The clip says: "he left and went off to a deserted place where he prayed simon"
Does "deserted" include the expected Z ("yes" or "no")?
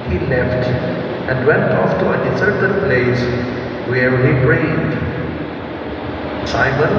no